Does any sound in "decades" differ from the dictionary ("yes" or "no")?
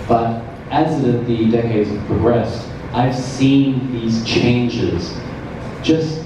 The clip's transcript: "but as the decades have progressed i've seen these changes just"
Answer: no